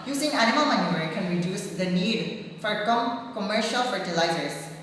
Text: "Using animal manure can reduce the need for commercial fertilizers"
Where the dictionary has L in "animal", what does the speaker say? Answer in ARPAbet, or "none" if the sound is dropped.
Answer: L